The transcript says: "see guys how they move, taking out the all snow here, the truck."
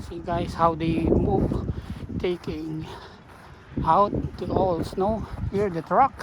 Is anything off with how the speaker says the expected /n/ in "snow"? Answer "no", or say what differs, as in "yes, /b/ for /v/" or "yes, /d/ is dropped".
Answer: no